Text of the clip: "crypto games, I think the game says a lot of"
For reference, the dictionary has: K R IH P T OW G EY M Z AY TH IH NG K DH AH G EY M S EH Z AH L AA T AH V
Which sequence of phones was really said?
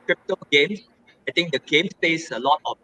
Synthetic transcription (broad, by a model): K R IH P T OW G EY M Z AY T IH NG K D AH G EY M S EH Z AH L AA T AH